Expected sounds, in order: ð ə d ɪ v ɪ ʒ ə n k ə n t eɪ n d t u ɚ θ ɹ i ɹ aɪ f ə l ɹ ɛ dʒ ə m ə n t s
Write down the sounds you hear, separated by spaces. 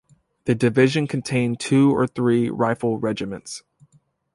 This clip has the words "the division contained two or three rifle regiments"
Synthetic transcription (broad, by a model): ð ə d ɪ v ɪ ʒ ə n k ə n t eɪ n t u ɚ θ ɹ i ɹ aɪ f l ɹ ɛ dʒ ə m ə n t s